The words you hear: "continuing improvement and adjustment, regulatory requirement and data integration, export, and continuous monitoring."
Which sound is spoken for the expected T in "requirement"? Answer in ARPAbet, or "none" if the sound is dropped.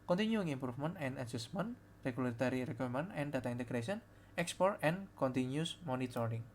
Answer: none